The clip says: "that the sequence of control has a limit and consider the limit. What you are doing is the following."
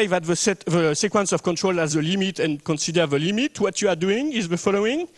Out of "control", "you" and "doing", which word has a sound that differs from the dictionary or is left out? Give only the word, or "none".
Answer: none